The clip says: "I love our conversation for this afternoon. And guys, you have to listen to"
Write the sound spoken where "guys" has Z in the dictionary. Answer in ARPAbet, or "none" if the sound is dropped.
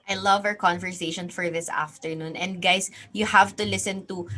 S